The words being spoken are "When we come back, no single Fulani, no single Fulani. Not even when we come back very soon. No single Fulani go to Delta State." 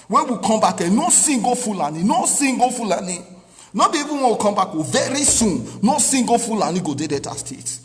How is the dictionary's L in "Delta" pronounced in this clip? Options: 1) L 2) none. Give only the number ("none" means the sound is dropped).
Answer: 2